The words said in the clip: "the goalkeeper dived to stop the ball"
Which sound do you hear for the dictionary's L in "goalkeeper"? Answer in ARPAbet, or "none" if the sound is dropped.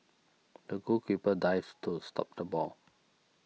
none